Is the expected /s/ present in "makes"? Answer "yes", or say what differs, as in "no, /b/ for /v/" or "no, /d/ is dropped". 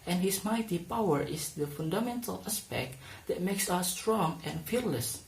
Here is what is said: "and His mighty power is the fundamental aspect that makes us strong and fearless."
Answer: yes